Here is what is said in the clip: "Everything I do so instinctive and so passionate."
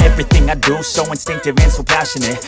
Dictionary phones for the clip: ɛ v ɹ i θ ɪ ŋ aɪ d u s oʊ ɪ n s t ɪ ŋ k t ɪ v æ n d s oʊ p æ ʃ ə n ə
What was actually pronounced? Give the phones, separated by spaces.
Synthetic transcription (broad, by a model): ɛ v ɹ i θ ɪ ŋ aɪ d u s oʊ ɪ n s t ɪ ŋ k t ɪ v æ n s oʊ p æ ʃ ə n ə